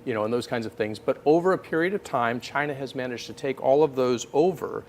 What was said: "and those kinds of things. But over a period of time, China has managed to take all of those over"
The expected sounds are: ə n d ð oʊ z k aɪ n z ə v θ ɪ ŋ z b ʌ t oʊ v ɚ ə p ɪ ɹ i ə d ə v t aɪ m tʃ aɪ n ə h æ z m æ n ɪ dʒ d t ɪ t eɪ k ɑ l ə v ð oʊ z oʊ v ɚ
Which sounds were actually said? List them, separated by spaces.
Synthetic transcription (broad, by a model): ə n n ð oʊ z k aɪ n z ə v θ ɪ ŋ z b ʌ t oʊ v ɚ ə p ɪ ɹ i ə d ə v t aɪ m tʃ aɪ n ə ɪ z m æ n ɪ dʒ t ɪ t eɪ k ɑ l ə v ð oʊ z oʊ v ɚ